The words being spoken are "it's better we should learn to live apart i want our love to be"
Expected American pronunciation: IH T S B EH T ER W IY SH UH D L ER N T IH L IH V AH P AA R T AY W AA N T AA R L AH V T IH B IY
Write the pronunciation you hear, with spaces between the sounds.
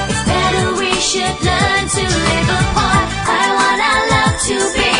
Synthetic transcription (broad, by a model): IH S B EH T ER W IY SH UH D L ER N T IH L IH V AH AA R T AY W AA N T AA L AH V T IH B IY